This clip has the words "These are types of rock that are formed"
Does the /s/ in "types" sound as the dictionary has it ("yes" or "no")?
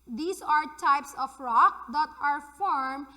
yes